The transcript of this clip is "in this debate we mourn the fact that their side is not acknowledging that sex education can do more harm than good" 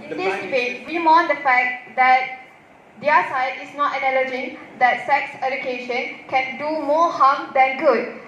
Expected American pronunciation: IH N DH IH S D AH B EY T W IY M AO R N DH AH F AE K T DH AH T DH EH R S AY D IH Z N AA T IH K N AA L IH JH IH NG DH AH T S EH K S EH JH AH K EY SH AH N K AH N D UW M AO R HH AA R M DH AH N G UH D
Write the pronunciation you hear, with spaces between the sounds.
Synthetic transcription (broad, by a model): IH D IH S D AH B EY T W IY M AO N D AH F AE K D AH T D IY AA S AY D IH S N AA T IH N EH L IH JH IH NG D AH T S EH K S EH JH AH K EY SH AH N K AH N D UW M AO HH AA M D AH N G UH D